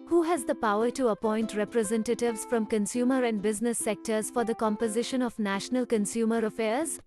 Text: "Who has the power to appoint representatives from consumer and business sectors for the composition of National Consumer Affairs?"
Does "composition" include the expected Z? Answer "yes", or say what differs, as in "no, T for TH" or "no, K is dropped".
yes